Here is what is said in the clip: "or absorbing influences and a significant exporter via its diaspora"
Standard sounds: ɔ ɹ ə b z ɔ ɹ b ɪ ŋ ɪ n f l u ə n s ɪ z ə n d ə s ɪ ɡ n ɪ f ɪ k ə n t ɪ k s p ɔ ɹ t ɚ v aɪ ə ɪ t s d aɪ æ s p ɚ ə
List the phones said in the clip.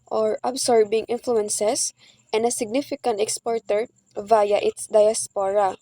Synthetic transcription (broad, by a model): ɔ ɹ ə b s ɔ ɹ b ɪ ŋ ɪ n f l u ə n s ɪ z ə n d ə s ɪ ɡ n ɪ f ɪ k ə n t ɪ k s p ɔ ɹ t ɚ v aɪ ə ɪ t s d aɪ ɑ s p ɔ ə